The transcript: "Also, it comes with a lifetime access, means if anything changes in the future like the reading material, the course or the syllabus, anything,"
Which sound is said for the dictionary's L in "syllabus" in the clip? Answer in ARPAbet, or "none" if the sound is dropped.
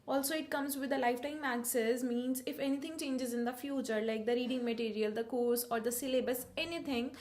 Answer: L